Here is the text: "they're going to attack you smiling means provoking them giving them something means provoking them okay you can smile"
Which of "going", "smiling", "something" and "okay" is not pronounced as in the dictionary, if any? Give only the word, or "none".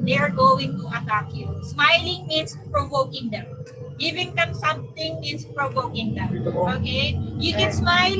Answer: something